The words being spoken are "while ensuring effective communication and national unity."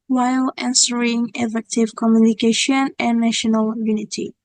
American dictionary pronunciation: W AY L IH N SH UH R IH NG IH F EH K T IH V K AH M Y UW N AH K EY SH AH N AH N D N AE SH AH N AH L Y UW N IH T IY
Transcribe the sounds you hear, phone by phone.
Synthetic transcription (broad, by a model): W AY L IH N S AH R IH NG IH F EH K T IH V K AH M Y UW N AH K EY SH AH N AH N N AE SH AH N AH L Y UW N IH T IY